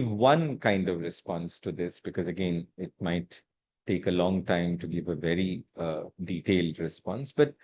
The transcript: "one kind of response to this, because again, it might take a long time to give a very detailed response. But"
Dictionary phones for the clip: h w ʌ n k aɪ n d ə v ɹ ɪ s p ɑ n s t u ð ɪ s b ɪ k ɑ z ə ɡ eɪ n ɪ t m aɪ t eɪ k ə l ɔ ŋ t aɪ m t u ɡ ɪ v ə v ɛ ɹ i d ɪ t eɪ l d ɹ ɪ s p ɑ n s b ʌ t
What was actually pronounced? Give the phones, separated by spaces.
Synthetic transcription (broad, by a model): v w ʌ n k aɪ n d ə v ɹ ɪ s p ɑ n s t u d ɪ s b ɪ k ɑ z ə ɡ eɪ n ɪ t m aɪ t eɪ k ə l ɔ ŋ t aɪ m t u ɡ ɪ v ə v ɛ ɹ i d ɪ t eɪ l d ɹ ɪ s p ɑ n s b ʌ t